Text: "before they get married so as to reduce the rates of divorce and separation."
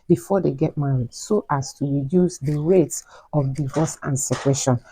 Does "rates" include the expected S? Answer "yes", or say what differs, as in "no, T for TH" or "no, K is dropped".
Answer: yes